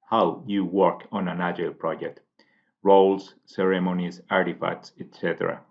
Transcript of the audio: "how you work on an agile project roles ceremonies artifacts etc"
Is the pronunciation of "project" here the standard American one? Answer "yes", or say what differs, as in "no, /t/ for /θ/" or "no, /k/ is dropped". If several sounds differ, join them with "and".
yes